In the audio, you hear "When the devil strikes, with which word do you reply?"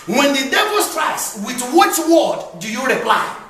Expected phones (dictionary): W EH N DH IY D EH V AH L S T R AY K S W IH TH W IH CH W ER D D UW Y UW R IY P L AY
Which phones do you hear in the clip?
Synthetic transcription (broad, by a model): W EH N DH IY D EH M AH N S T R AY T S W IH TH W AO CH W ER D D UW Y UW R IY P L AY